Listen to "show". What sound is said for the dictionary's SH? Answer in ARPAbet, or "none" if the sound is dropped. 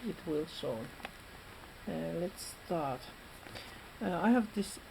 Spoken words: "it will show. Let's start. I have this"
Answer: S